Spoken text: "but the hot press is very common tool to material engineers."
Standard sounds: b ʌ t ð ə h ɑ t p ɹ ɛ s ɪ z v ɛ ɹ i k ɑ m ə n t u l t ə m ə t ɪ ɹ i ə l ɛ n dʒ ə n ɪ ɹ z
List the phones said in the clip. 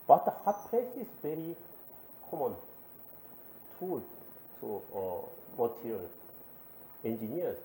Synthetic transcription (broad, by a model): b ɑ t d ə h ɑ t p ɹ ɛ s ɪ s v ɛ ɹ i k ɑ m ə n t u l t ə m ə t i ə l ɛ n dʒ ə n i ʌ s